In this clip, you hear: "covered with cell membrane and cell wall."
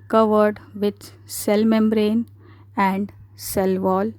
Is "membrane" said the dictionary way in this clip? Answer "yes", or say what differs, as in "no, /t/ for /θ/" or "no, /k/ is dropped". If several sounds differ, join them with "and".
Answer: yes